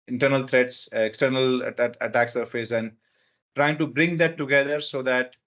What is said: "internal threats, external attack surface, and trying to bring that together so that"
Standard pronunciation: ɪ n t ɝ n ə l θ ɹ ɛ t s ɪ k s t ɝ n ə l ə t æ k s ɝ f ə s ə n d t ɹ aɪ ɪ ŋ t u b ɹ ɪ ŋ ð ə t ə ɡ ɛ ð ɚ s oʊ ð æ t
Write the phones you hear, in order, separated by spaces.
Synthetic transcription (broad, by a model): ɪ n t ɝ n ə l t ɹ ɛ t s ɪ k s t ɝ n ə l ə t æ k s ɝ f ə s ə n d t ɹ aɪ ɪ ŋ t u b ɹ ɪ ŋ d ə t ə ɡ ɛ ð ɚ s oʊ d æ t